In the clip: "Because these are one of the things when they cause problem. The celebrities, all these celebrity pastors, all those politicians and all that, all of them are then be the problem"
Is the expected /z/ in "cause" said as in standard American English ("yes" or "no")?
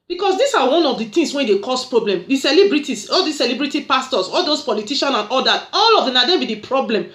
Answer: no